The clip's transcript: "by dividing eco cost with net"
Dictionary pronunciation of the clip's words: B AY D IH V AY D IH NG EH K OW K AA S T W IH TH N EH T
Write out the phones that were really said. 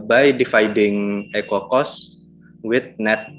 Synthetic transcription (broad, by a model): B AY D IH F AY D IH NG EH K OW K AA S W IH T N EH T